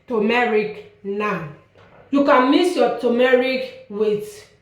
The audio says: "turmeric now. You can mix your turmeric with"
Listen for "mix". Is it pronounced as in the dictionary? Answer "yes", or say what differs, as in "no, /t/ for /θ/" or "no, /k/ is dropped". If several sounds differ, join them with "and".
no, /k/ is dropped